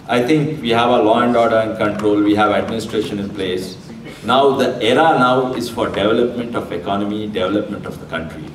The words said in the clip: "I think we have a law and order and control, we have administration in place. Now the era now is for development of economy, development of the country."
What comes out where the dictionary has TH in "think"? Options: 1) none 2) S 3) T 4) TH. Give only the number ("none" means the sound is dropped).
3